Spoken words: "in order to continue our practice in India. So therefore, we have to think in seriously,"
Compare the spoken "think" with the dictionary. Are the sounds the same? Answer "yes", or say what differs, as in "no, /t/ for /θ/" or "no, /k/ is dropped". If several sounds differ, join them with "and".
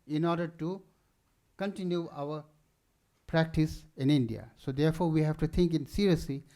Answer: no, /t/ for /θ/